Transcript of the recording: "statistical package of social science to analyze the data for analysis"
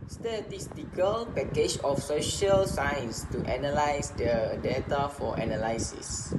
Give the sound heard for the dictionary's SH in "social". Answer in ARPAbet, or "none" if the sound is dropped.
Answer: SH